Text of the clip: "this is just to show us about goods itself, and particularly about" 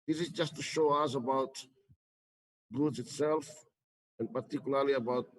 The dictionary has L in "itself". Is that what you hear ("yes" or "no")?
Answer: yes